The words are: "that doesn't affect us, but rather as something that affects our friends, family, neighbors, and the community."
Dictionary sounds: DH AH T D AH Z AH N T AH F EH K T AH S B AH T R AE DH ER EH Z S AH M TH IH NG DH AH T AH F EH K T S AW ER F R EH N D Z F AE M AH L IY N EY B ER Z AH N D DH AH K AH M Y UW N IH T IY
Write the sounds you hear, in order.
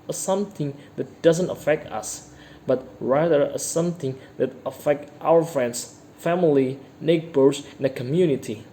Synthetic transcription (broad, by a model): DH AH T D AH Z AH N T AH F EH K T AH S B AH T R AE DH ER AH S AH M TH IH NG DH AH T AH F EH K T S AW ER F R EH N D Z F AE M AH L IY N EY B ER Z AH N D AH K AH M Y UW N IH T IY